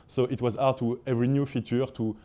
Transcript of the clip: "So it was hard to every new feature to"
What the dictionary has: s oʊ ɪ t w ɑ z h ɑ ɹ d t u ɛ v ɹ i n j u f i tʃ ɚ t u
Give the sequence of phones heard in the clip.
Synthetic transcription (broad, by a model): s oʊ ɪ t w ɑ z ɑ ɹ t u ɛ v ɹ i n j u f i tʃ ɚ t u